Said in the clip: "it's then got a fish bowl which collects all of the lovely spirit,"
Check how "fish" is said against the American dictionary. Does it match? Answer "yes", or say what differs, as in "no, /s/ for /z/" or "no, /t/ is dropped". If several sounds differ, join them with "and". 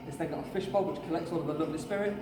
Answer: yes